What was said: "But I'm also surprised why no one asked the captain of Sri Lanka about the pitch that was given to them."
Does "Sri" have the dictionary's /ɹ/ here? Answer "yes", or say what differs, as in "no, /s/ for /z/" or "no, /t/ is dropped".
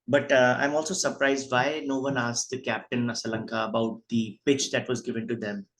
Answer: no, /ɹ/ is dropped